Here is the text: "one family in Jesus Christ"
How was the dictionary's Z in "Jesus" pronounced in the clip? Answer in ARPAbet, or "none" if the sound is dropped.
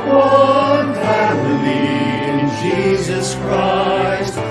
Z